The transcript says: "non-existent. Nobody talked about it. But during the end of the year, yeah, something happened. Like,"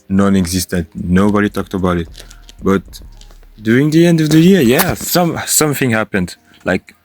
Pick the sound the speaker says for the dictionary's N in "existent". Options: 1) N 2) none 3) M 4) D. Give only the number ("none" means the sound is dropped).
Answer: 1